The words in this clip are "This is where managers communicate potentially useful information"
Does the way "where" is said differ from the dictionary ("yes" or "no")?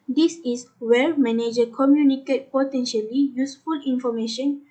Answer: yes